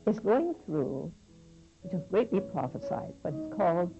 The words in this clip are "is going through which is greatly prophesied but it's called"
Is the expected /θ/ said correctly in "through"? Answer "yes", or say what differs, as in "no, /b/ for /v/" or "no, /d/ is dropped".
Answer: yes